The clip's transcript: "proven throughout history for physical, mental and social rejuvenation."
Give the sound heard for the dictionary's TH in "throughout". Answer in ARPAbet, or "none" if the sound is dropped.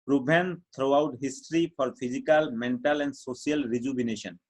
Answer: T